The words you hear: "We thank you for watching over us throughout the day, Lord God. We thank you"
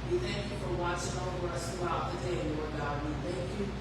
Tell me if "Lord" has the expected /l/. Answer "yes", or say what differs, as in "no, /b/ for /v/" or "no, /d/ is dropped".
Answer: no, /n/ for /l/